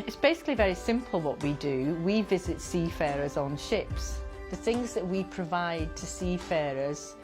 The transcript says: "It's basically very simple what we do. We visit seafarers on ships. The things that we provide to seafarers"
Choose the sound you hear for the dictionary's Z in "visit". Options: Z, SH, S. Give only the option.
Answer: Z